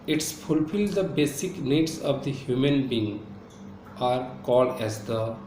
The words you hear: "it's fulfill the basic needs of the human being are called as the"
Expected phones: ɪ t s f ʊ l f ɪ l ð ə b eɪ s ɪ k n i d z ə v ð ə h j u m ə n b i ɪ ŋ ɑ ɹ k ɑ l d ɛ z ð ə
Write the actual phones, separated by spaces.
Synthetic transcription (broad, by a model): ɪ t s f ʊ l f ɪ l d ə b eɪ s ɪ k n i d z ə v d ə h j u m ə n b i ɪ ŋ ɑ ɹ k ɑ l d ɛ z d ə